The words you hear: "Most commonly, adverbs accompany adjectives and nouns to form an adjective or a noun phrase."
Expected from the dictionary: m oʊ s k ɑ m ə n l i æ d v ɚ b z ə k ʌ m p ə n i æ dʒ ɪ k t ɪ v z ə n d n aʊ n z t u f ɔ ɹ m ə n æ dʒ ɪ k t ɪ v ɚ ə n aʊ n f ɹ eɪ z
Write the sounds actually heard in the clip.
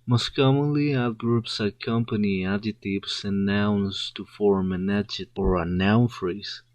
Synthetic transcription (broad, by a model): m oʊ s k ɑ m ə n l i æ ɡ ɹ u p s ə k ʌ m p ə n i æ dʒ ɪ t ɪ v s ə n n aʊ n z t u f ɔ ɹ m ə n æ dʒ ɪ t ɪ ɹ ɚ ə n aʊ n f ɹ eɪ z